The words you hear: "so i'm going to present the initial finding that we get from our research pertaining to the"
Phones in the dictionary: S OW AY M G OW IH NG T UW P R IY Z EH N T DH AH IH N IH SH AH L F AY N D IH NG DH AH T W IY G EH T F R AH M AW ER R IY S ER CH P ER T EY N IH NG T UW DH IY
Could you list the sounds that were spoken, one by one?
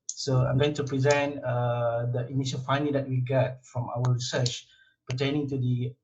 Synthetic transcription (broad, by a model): S OW AY M G OW IH NG T UW P R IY Z EH N T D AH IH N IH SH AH N F AY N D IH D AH T W IY G EH T F R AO M AW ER R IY S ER CH P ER T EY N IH NG T UW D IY